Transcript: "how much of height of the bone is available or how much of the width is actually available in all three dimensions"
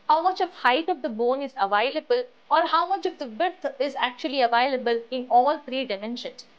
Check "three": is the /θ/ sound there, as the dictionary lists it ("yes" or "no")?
no